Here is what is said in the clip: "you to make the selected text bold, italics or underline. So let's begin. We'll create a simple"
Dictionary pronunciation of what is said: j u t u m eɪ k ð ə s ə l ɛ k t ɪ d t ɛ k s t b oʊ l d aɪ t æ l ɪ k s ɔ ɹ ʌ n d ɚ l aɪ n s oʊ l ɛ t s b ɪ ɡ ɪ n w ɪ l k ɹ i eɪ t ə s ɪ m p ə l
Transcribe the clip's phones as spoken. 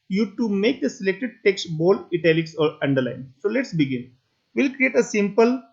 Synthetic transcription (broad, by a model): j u t u m eɪ k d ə s ə l ɛ k t ɪ d t ɛ k s t b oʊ l ɪ t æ l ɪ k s ɔ ɹ ʌ n d ɚ l aɪ n s oʊ l ɛ t s b ɪ ɡ ɪ n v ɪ l k ɹ i eɪ t ə s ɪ m p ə l